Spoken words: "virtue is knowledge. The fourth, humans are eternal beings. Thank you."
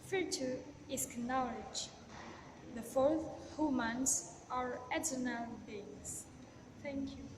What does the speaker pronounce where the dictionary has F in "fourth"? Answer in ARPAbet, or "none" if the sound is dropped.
F